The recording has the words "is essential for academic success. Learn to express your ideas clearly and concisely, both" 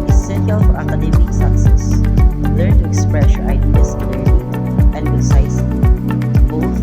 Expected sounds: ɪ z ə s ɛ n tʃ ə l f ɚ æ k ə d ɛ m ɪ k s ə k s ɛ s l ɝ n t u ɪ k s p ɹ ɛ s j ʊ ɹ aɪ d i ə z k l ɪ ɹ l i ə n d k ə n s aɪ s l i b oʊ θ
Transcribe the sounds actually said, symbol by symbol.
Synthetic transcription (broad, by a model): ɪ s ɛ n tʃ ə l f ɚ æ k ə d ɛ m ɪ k s ə k s ɛ s l ɝ n t u ɪ k s p ɹ ɛ s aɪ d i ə s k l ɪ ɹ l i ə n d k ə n s aɪ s i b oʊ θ